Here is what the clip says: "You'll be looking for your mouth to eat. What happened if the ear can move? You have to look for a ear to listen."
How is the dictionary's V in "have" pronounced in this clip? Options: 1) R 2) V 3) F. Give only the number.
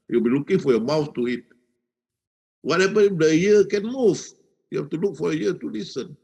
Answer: 3